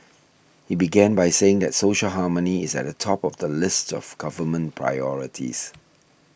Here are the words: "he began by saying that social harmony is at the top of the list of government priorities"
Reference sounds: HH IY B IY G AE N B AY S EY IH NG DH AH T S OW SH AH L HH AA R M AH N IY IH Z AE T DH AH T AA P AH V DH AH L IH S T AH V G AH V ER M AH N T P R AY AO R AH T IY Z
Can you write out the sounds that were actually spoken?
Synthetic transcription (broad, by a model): HH IY B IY G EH N B AY S EY IH NG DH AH T S OW SH AH L HH AA M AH N IY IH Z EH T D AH T AA P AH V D AH L IH S T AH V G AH V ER M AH N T P R AY AO R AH T IY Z